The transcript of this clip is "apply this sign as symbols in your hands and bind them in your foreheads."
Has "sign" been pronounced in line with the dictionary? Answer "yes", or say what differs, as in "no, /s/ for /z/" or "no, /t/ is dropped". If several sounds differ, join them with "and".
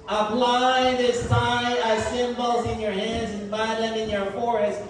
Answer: no, /n/ is dropped